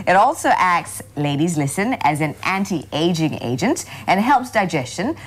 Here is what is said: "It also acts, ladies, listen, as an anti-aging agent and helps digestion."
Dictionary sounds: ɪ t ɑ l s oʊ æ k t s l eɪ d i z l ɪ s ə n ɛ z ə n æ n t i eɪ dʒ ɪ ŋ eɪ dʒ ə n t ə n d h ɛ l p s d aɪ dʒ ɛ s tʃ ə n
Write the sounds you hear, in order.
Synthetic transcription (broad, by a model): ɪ t ɑ l s oʊ æ k t s l eɪ d i z l ɪ s ə n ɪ z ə n æ n t i eɪ dʒ ɪ ŋ eɪ dʒ ə n t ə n h ɛ l p s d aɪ dʒ ɛ s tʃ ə n